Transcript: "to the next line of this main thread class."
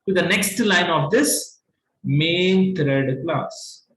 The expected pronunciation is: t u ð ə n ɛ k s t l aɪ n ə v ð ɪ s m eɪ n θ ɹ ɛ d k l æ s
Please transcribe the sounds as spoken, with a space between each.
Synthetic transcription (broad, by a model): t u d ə n ɛ k s t l aɪ n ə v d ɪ s m eɪ n t ɹ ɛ d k l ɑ s